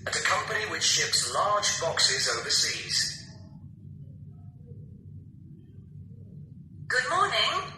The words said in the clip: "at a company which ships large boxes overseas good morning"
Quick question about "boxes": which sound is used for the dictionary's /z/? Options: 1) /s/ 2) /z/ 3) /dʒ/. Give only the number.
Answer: 2